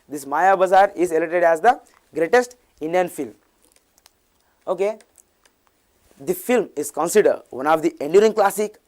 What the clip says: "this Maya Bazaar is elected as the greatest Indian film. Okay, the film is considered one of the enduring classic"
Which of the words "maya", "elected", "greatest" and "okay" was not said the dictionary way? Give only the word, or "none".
elected